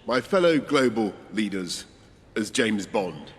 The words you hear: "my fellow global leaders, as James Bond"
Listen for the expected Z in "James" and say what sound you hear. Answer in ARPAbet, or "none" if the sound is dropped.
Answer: Z